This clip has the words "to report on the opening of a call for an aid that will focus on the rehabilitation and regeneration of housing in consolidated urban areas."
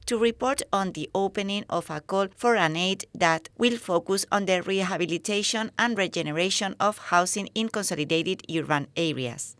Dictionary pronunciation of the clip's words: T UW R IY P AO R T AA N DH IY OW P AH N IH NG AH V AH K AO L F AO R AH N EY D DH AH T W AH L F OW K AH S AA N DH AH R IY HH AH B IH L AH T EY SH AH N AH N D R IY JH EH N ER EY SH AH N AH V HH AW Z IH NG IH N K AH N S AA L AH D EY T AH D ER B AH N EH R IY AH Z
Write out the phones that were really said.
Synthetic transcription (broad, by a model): T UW R IY P AO R T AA N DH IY OW P AH N IH NG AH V AH K AO L F AO R AH N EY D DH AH T W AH L F OW K AH S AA N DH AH R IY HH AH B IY L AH T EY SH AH N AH N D R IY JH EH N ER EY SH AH N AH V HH AW S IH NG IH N K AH N S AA L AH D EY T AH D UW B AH N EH R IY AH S